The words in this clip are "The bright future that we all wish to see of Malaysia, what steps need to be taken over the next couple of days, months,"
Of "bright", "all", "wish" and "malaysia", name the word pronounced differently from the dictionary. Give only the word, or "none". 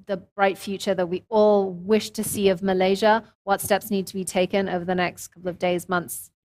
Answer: none